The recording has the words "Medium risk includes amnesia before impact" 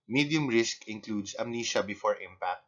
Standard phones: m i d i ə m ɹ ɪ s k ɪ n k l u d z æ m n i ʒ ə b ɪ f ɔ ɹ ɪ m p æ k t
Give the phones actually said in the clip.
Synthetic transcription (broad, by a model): m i d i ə m ɹ ɪ s k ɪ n k l u d s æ m n i ʃ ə b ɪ f ɔ ɹ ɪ m p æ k t